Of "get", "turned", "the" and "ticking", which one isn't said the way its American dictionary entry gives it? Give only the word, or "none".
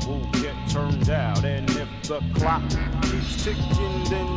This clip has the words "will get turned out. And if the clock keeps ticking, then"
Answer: none